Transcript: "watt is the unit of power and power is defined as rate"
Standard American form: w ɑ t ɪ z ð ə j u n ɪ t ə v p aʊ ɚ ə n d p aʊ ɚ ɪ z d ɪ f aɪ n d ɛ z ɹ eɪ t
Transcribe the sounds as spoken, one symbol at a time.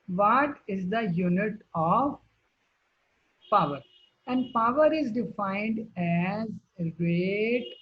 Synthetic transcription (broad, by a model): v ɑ t ɪ z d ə j u n ɪ t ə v p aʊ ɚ ə n d p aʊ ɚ ɪ z d ɪ f aɪ n d ɛ z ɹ eɪ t